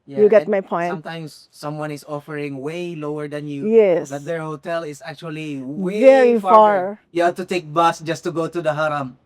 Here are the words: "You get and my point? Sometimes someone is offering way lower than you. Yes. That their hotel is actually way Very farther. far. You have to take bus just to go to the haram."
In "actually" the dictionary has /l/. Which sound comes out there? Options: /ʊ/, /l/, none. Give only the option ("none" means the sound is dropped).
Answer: none